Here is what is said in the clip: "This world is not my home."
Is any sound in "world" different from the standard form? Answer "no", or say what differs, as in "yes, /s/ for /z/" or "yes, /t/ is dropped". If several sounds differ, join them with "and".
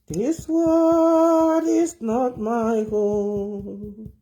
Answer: yes, /l/ is dropped